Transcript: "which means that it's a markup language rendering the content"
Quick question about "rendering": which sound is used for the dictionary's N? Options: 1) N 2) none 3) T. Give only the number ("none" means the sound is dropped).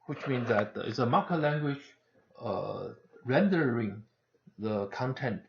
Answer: 1